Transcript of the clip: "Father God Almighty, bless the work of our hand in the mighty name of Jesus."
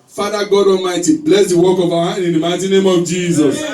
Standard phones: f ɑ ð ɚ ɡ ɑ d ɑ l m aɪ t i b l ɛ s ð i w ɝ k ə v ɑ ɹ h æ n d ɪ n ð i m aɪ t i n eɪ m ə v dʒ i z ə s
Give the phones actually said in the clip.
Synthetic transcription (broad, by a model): f ɑ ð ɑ ɡ ɑ d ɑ m aɪ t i b l ɛ s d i w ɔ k ə v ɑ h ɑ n ɪ n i m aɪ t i n eɪ m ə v dʒ i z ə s